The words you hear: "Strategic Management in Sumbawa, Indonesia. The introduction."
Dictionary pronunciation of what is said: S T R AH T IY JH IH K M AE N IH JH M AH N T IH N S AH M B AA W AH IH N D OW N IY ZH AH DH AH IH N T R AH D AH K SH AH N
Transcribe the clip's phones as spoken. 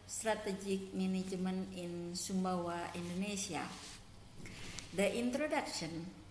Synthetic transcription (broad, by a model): S T R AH T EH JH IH K M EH N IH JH M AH N IH N S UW M B AA W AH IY N D OW N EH S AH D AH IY N T R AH D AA K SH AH N